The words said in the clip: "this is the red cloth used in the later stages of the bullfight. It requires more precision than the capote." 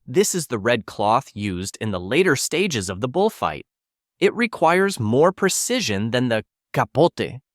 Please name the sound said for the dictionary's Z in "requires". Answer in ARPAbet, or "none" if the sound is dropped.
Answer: Z